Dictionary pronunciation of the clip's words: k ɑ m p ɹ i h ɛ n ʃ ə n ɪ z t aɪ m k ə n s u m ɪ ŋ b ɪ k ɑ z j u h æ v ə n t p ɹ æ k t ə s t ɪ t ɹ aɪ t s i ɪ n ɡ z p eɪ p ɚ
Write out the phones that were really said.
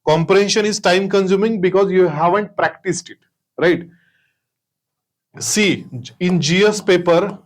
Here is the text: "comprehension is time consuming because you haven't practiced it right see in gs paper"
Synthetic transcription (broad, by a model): k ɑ m p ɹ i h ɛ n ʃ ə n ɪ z t aɪ m k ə n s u m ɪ ŋ b ɪ k ɑ z j u h æ v ə n t p ɹ æ k t ə s t ɪ t ɹ aɪ t s i ɪ n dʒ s p eɪ p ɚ